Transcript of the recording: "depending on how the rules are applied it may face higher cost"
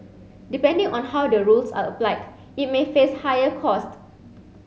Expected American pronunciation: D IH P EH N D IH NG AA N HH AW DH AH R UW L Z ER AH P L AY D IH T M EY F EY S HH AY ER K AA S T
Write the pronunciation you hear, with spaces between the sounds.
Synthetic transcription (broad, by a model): D IH P EH N D IH NG AA N HH AW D AH R UW L S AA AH P L AY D IH T M EY F EY S HH AY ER K AA S T